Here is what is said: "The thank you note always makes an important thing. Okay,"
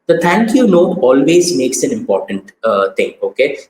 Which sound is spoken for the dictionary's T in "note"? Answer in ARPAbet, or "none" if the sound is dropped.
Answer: none